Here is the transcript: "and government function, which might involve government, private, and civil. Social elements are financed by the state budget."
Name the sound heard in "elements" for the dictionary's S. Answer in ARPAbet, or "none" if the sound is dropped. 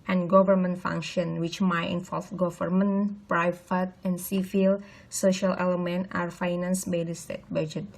none